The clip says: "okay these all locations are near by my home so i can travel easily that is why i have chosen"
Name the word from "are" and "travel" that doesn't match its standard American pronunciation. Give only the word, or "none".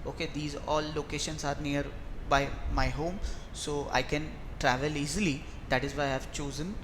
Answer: none